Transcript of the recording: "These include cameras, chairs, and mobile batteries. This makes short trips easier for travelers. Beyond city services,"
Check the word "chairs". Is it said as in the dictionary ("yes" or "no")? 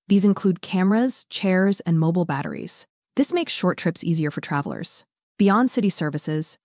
yes